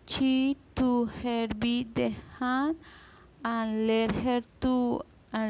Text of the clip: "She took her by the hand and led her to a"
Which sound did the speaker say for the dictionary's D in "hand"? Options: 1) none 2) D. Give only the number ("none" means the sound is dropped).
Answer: 1